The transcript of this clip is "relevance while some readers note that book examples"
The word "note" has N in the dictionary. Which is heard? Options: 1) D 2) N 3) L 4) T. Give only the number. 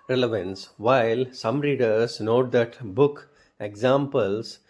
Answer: 2